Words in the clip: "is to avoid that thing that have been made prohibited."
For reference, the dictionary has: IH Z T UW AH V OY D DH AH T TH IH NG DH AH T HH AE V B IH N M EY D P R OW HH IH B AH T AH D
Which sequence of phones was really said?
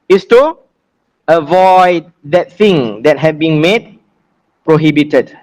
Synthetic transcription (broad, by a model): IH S T UW AH V OY D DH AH T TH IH NG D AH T HH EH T B IH N M EY D P R OW HH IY B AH T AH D